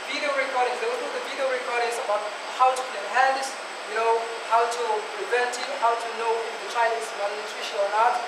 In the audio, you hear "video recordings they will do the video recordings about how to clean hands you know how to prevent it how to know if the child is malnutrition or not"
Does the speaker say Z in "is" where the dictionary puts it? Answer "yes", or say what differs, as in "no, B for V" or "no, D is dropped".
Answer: no, S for Z